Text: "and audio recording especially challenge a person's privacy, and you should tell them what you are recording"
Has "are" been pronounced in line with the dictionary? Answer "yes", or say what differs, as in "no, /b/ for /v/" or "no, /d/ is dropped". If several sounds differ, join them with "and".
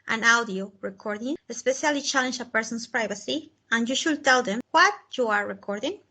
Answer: yes